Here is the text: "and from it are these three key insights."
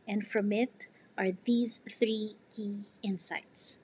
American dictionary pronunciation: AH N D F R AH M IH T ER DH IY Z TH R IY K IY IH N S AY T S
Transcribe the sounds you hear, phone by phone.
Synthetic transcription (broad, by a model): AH N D F R AH M IH T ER DH IY Z TH R IY K IY IH N S AY T S